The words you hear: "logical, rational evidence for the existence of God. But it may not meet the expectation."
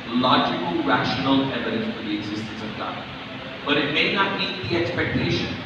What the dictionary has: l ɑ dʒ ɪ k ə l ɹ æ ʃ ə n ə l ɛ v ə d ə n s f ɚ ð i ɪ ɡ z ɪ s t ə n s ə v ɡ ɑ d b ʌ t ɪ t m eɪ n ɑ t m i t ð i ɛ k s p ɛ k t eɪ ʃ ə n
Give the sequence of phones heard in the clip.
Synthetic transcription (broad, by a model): l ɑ dʒ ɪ k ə l ɹ æ ʃ ə n ə l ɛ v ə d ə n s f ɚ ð i ɪ ɡ z ɪ s t ə n s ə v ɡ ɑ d b ʌ t ɪ t m eɪ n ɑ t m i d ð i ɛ k s p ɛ k t eɪ ʃ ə n